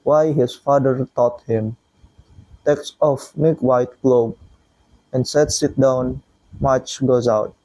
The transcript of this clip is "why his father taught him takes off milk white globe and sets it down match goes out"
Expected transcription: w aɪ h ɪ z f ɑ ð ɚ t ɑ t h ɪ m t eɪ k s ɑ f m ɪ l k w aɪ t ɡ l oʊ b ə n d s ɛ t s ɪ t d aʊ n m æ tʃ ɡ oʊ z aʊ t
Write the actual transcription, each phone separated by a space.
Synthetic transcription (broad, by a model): w aɪ h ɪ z f ɑ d ɚ t ɑ t h ɪ m t eɪ k s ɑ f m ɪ k w aɪ t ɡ l oʊ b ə n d s ɛ t s ɪ t d aʊ n m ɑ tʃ ɡ oʊ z aʊ t